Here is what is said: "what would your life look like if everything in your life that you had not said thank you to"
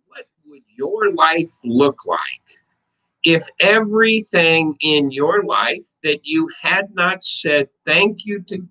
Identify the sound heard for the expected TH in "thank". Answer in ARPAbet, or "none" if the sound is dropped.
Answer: TH